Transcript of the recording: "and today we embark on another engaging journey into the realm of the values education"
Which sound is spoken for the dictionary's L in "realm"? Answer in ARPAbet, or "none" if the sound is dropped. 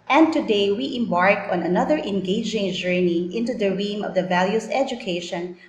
none